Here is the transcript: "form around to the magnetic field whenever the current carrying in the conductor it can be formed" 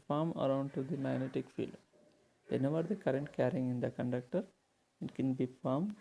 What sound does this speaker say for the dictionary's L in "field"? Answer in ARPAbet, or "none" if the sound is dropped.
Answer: L